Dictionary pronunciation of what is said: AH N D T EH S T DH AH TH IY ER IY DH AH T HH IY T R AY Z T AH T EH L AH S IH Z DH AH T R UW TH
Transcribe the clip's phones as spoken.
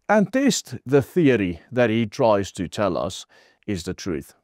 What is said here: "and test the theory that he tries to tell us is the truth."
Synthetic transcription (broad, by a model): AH N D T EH S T DH AH TH IY ER IY DH AH T HH IY T R AY Z T AH T EH L AH S IH Z DH AH T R UW TH